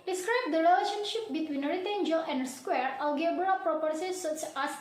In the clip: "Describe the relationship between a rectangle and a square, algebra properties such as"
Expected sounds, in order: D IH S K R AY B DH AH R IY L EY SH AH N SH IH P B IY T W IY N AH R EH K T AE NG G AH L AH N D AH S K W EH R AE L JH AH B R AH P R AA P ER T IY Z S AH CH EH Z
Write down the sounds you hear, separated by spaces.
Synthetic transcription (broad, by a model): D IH S K R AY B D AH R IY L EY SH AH N SH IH P B IY T W IY N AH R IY T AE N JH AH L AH N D S K W EH R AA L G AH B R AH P R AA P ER S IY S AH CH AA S